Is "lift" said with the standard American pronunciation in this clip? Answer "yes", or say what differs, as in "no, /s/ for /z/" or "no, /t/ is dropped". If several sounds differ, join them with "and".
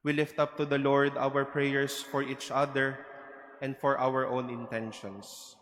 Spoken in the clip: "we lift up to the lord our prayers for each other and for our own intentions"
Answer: yes